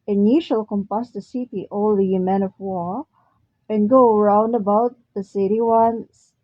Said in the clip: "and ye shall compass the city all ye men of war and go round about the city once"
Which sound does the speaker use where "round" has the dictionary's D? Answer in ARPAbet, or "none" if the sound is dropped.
D